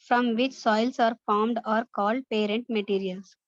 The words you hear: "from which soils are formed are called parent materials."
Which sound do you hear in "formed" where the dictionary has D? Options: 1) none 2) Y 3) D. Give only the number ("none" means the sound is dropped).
3